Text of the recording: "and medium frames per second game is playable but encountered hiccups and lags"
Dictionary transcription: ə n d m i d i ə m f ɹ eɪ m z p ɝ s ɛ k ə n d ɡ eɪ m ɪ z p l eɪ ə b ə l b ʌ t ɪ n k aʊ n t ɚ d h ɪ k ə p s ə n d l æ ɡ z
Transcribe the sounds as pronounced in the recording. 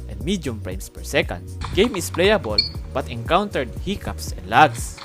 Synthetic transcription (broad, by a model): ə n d m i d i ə m p ɹ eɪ m s p ɝ s ɛ k ə n d ɡ eɪ m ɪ s p l eɪ ə b ə l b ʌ t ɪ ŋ k aʊ n t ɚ d h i k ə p s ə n d l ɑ ɡ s